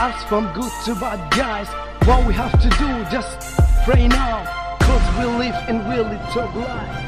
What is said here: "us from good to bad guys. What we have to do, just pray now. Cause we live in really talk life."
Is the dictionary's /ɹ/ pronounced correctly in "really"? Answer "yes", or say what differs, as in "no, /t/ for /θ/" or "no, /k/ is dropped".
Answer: no, /w/ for /ɹ/